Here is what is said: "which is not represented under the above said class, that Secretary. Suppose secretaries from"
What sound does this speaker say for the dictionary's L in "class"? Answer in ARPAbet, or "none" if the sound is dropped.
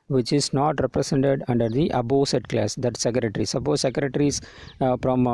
L